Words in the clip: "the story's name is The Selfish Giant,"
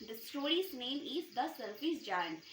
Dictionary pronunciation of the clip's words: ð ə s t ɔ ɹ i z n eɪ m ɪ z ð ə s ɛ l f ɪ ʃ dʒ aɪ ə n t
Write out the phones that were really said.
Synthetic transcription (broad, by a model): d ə s t ɔ ɹ i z n eɪ m ɪ z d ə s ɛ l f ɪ s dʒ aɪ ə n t